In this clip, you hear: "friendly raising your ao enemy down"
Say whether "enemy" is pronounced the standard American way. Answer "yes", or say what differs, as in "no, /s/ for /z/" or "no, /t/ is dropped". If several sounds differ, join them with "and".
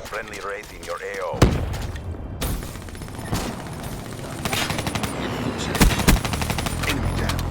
no, /m/ is dropped